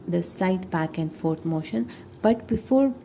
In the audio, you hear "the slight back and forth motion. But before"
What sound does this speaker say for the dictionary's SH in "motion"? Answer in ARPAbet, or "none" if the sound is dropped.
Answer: SH